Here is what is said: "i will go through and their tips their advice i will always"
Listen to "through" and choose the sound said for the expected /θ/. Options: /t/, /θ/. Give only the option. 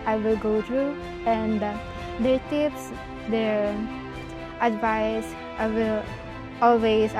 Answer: /t/